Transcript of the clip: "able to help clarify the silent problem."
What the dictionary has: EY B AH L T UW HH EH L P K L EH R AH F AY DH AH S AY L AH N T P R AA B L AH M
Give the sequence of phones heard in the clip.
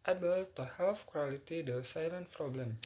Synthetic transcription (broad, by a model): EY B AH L T UW HH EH L F K W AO L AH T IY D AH S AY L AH N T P R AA B L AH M